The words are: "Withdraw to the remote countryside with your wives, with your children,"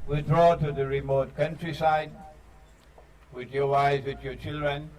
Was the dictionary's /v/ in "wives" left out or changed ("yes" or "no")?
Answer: yes